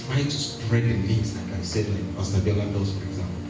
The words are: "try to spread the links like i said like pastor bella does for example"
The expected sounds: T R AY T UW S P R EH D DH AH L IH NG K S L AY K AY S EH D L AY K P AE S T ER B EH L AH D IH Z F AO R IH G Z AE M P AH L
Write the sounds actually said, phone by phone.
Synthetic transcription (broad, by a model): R AY T UW S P R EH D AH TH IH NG S L AY K AY S EH D L AY K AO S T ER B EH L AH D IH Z F AO R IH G Z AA M P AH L